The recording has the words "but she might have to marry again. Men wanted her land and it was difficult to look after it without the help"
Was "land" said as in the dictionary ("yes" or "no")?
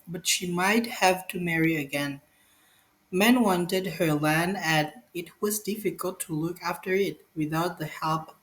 no